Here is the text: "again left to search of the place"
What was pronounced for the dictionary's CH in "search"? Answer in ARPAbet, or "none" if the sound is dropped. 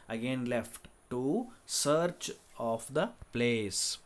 CH